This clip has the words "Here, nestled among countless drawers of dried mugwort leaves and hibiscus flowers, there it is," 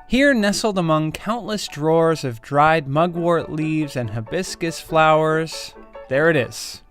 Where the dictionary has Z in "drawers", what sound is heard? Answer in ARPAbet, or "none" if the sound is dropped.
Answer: Z